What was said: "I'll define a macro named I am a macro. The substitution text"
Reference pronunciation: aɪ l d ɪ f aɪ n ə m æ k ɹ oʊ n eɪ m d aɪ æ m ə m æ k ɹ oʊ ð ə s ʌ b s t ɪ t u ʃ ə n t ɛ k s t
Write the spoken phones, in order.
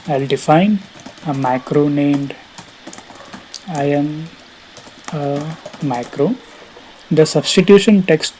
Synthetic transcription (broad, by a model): aɪ l d ɪ f aɪ n ə m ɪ k ɹ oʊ n eɪ m d aɪ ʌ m ə m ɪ k ɹ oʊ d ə s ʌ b s t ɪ t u ʃ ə n t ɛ k s t